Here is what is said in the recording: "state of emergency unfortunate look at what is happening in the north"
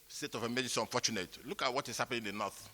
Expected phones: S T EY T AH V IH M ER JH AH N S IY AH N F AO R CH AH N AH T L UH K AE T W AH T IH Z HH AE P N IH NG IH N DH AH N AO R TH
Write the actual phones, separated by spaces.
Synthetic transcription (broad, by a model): S T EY T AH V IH M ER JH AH S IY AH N F AO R CH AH N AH T L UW K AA T W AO T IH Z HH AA P IH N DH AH N AO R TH